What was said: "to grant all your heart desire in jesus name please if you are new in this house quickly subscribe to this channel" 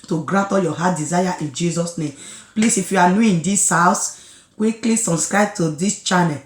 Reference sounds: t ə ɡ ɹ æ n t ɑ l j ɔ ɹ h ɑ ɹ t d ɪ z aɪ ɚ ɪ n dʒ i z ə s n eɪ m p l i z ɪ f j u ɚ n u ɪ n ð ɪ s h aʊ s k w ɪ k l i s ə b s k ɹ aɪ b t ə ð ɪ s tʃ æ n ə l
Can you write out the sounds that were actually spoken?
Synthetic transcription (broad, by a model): t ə ɡ ɹ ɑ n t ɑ j ɔ h ɑ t d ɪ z aɪ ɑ ɪ n dʒ i z ə s n eɪ m p l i s ɪ f j u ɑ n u ɪ n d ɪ s h aʊ s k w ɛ k l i s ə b s k ɹ aɪ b t ə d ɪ s tʃ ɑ n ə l